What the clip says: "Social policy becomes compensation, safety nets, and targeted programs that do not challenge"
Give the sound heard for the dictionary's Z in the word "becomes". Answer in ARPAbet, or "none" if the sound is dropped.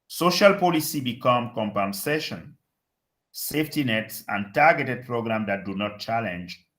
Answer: none